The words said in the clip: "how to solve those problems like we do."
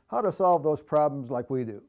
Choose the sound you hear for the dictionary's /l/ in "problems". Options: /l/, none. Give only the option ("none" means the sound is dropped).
/l/